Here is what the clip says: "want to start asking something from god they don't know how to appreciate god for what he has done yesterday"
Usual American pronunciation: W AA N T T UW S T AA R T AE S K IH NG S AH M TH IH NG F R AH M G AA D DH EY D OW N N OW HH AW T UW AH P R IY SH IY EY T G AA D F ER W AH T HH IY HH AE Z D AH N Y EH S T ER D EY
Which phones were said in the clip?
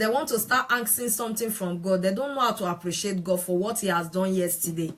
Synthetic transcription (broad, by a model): W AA N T T UW S T AA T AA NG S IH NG S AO M T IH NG F R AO M G AA D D EY D OW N N OW HH AW T UW AH P R IY SH IY EY T G AA D F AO W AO T HH IY HH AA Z D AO N Y EH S T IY D EY